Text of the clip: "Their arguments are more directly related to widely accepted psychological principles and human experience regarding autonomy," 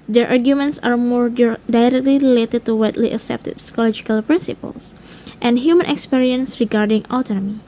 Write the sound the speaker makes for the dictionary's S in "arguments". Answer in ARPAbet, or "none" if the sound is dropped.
S